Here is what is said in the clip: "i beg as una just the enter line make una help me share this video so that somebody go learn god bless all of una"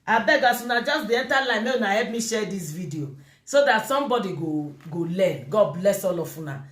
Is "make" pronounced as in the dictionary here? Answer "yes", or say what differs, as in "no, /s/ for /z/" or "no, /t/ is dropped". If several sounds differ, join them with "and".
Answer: no, /k/ is dropped